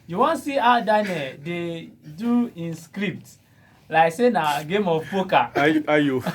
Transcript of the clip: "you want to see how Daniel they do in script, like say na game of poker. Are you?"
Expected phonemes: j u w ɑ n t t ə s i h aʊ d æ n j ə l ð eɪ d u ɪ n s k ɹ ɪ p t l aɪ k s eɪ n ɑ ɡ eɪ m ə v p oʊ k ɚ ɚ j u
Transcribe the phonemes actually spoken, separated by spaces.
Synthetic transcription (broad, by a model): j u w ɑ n s i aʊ d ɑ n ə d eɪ d u ɪ n s k ɹ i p t l aɪ k s eɪ n ɑ ɡ eɪ m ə f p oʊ k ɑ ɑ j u